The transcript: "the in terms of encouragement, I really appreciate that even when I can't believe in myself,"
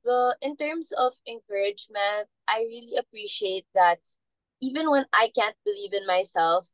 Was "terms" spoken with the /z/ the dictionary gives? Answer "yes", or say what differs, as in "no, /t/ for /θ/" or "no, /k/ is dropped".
no, /s/ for /z/